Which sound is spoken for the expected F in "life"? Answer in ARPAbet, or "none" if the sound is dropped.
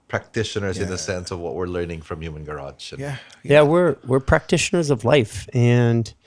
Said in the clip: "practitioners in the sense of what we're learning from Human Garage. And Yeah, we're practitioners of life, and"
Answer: F